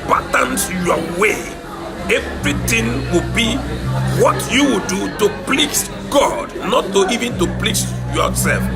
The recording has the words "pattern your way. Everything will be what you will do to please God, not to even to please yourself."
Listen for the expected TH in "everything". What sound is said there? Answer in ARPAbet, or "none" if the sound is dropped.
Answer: T